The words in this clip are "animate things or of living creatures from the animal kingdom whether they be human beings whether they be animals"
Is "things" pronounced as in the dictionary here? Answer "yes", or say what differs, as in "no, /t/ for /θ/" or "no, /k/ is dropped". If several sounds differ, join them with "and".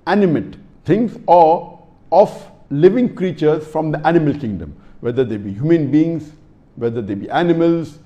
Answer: no, /t/ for /θ/